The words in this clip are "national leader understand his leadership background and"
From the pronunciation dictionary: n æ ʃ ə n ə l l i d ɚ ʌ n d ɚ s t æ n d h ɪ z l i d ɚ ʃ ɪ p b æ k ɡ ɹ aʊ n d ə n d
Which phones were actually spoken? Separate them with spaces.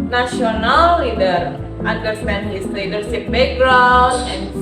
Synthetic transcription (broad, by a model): n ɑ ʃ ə n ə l l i d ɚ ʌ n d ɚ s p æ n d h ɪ s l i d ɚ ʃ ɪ p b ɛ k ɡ ɹ aʊ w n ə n